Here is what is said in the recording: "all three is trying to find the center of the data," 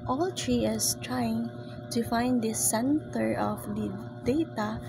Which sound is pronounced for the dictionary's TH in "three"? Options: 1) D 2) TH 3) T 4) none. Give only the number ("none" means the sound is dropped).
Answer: 3